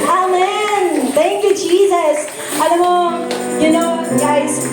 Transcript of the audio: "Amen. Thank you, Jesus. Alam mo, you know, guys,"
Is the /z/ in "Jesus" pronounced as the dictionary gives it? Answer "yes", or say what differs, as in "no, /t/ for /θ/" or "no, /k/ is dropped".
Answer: yes